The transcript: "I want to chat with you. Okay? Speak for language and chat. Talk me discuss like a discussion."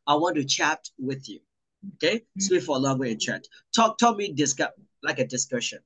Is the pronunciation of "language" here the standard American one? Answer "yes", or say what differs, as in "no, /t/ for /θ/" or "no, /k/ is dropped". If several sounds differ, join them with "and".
no, /dʒ/ is dropped